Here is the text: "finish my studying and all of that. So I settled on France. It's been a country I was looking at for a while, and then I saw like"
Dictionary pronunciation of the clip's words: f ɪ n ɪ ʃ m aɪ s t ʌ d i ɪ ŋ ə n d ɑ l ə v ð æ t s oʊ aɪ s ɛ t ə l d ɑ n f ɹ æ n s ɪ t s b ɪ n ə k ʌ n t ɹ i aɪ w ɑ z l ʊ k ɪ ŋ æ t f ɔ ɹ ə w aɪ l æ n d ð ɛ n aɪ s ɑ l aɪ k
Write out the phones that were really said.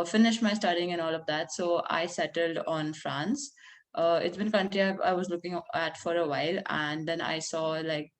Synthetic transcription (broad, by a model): f ɪ n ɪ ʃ m aɪ s t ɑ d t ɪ ŋ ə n ɑ l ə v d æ t s oʊ aɪ s ɛ t ə l d ɑ n f ɹ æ n s ɪ t s b ɪ n k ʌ n t ɹ i aɪ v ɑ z l ʊ k ɪ ŋ æ t f ɔ ɹ ə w aɪ l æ n d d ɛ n aɪ s ɑ l aɪ k